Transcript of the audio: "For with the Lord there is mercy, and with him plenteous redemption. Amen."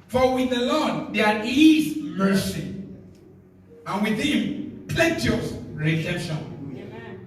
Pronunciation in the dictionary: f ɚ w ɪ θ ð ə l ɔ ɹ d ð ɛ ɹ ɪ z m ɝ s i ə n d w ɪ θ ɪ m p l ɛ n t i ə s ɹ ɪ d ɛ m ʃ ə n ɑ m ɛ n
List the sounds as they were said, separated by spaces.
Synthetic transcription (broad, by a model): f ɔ w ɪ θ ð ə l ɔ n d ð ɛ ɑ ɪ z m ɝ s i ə n w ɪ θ ɪ m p l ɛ t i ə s ɹ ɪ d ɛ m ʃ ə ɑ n